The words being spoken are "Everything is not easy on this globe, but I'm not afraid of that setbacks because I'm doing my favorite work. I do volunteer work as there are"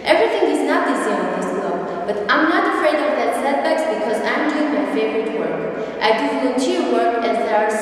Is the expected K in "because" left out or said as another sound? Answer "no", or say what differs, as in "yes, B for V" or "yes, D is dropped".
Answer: no